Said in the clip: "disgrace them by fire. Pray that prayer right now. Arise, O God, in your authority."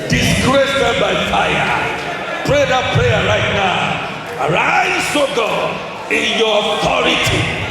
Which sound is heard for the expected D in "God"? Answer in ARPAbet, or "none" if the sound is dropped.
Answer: none